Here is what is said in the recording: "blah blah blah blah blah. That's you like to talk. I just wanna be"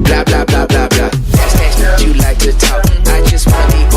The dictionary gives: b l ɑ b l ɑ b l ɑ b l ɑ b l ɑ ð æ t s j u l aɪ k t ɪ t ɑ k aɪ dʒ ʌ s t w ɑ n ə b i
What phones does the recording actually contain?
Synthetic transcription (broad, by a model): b l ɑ b l ɑ b l ɑ b l ɑ b l ɑ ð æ s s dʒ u l aɪ k t ɪ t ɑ aɪ dʒ ʌ s t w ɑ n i